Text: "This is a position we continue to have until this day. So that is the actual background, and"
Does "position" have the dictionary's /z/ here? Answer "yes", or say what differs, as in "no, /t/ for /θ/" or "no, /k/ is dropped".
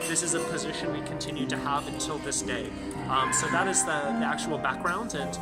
yes